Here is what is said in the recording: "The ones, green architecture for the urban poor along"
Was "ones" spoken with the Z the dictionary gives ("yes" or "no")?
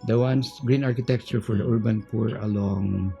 no